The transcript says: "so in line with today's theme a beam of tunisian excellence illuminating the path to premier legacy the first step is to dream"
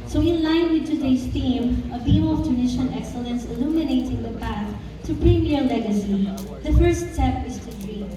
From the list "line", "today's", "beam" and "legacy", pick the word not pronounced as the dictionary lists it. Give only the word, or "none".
today's